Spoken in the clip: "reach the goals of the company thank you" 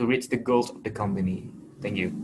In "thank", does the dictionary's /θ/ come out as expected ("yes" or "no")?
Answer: yes